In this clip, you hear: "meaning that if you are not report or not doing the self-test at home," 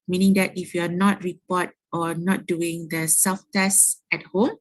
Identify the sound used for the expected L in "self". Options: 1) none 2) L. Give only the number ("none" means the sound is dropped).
1